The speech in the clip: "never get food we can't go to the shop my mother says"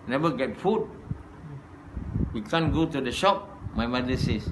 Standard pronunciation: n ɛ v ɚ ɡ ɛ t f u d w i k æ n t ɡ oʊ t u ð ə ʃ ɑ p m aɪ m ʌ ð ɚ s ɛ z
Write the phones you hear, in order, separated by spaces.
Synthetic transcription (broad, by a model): n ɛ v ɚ ɡ ɛ t f u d w i k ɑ n ɡ oʊ t u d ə ʃ ɑ p m aɪ m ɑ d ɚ s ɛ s